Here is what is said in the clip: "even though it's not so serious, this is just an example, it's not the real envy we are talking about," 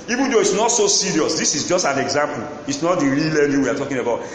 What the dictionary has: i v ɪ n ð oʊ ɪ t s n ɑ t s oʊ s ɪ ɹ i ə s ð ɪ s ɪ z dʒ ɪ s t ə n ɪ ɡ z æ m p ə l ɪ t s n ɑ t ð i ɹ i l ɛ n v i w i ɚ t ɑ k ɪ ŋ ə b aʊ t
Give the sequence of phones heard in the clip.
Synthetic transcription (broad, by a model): i v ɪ n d oʊ ɪ t s n ɑ t s oʊ s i ɹ i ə s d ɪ s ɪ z dʒ ɪ s t ə n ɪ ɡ z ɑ m p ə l ɪ t s n ɑ t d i ɹ i l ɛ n i w i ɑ t ɑ k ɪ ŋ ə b aʊ t